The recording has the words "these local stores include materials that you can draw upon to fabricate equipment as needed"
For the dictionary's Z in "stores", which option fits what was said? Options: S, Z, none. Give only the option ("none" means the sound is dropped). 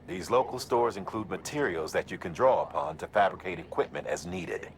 Z